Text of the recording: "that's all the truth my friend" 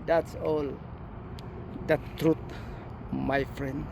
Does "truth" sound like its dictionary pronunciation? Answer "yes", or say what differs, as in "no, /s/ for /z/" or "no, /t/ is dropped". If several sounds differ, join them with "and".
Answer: no, /t/ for /θ/